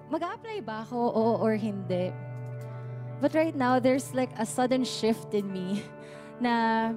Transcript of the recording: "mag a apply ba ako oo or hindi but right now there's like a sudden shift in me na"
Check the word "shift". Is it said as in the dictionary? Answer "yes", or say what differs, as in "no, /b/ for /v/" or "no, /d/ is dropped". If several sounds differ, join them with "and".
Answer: yes